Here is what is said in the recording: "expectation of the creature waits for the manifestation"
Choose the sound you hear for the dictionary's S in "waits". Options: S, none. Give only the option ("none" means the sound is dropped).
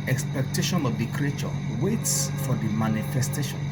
S